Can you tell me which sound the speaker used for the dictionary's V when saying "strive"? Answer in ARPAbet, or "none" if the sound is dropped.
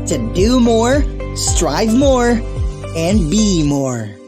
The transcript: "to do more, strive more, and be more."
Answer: V